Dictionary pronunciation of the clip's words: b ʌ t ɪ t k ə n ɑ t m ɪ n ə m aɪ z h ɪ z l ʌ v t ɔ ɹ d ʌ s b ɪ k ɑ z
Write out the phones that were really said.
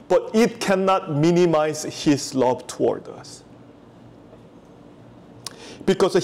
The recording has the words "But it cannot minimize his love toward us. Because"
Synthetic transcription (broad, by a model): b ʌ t ɪ t k ə n ɑ t m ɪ n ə m aɪ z h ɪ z l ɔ b t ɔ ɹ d ʌ s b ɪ k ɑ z